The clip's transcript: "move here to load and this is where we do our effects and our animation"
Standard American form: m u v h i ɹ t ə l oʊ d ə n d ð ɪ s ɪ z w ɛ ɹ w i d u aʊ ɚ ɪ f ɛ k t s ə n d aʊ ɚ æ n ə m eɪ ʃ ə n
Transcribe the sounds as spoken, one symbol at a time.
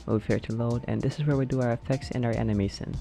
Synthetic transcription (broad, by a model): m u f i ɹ t ə l oʊ d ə n ð ɪ s ɪ z w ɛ ɹ w i d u aʊ ɚ ɪ f ɛ k t s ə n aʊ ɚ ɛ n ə m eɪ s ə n